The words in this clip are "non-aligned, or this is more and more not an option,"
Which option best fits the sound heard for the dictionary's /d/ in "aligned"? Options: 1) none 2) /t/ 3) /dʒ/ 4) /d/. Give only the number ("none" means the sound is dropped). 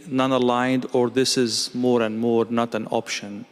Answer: 4